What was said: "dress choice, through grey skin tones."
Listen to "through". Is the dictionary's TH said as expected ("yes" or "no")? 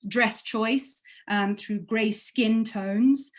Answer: yes